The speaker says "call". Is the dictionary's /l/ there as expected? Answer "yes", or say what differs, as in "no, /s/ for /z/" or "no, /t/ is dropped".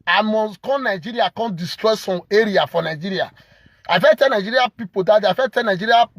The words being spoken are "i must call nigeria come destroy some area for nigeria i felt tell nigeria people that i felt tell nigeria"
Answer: no, /n/ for /l/